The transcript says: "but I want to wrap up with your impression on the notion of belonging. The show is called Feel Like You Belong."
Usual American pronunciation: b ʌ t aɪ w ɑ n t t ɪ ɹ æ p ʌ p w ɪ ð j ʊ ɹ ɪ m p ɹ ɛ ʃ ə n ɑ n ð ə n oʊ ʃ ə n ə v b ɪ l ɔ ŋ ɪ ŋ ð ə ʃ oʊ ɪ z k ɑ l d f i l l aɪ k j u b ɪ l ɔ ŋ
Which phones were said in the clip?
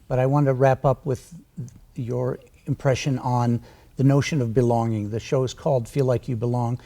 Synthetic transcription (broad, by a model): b ʌ t aɪ w ɑ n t t ɪ ɹ æ p ʌ p w ɪ ð j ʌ ɹ ɪ m p ɹ ɛ ʃ ə n n ð ə n oʊ ʃ ə n ə v b ɪ l ɔ ŋ ɪ ŋ ð ə ʃ oʊ ɪ z k ɑ l d f i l l aɪ k j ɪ b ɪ l ɔ ŋ